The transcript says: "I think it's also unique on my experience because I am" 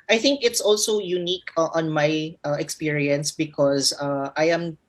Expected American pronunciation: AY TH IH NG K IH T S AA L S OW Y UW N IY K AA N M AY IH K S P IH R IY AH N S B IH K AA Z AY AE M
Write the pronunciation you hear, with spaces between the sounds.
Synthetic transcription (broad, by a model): AY TH IH NG K IH T S AA L S OW Y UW N IY K AA N M AY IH K S P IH R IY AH N S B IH K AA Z AY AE M